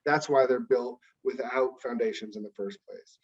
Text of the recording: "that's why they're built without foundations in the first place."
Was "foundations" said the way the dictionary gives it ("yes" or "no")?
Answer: yes